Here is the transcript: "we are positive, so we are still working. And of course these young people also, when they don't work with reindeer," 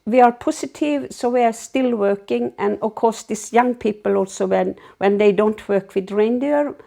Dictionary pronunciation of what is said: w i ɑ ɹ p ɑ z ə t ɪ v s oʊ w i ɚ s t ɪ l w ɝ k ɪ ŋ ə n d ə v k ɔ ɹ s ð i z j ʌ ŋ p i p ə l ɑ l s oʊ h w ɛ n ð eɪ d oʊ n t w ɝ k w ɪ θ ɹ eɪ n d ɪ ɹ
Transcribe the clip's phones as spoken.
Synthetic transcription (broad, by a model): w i ɑ ɹ p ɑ s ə t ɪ v s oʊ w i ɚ s t ɪ l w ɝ k ɪ ŋ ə n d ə k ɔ s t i s j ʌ ŋ p i p ə l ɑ l s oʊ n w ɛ n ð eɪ d oʊ n t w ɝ k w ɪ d ɹ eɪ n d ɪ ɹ